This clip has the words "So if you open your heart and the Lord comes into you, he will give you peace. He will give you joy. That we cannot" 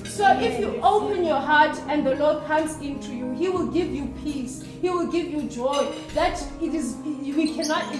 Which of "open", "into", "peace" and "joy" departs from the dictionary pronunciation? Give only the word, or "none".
none